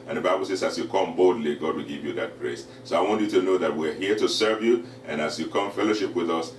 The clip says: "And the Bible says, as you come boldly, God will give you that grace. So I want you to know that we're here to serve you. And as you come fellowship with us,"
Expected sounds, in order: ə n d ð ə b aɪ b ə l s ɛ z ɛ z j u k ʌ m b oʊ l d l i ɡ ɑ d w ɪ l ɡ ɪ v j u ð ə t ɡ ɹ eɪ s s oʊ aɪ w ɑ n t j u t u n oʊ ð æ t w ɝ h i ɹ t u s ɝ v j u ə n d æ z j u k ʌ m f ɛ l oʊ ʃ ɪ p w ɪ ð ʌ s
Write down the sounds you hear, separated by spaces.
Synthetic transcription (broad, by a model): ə n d ð ə b aɪ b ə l s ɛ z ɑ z j u k ʌ m b oʊ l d l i ɡ ɑ d w ɪ l ɡ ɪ v j u ð ə t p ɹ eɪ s s oʊ aɪ w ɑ n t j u t u n oʊ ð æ t w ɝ h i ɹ t u s ɝ v j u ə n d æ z j u k ʌ m f ɛ l oʊ ʃ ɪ p w ɪ ð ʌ s